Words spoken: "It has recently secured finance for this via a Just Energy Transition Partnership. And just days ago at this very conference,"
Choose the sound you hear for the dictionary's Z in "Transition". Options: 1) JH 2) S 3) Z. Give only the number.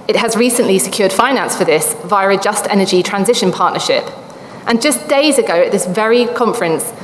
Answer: 3